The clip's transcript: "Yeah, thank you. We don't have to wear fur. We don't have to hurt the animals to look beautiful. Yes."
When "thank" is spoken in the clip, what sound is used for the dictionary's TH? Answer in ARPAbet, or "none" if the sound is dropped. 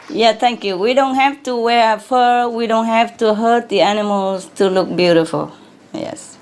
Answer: T